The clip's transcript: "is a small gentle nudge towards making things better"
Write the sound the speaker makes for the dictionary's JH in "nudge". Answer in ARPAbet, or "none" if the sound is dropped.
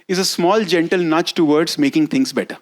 CH